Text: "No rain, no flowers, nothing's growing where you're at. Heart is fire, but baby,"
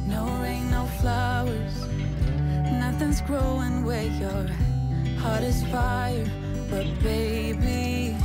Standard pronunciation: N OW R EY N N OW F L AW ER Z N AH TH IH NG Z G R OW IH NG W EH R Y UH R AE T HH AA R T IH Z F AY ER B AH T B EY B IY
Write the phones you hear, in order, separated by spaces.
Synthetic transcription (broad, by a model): N OW R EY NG N OW F L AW ER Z N AH TH IH NG Z G R OW IH NG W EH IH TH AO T HH AA R T IH Z F AY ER B AH T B EY B IY